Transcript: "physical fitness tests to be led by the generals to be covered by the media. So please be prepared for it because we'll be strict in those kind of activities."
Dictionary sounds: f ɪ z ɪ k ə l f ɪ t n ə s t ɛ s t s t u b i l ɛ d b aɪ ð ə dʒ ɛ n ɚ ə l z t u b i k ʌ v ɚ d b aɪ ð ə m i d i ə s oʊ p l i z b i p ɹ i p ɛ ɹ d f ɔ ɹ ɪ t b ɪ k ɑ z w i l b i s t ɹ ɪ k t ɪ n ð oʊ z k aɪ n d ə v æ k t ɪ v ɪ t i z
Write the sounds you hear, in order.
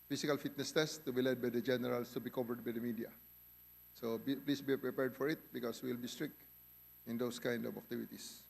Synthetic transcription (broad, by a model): f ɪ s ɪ k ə l f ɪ t n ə s t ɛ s s t u b i l ɛ d b aɪ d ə dʒ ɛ n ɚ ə l s t u b i k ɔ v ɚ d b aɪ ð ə m i d i ə s oʊ p l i s b i p ɹ i p ɛ ɹ d f ɔ ɹ ɪ t b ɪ k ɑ s w i l b i s t ɹ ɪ k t ɪ n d oʊ s k aɪ n d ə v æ k t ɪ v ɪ t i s